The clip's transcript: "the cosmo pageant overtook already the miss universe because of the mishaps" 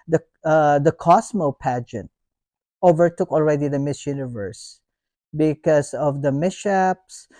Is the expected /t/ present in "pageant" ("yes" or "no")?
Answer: yes